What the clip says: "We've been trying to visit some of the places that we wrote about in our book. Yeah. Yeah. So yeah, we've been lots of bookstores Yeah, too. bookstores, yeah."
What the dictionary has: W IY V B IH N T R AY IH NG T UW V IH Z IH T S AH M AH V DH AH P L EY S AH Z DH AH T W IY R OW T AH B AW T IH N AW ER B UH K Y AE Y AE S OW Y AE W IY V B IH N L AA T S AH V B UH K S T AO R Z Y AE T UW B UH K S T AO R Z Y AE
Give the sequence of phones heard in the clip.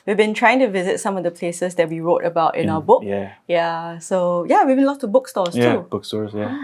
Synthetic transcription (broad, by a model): W IY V B IH N T R AY IH NG T UW V IH Z IH T S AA M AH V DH AH P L EY S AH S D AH T W IY R OW T AH B AW T IH N AW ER B UH K Y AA S OW Y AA W IY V B IH N L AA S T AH B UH K S T AO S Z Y T UW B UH K S T AO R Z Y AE